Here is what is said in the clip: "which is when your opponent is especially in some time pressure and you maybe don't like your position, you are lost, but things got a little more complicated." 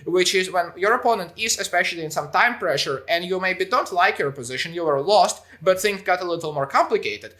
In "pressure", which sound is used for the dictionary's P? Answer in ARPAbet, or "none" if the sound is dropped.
P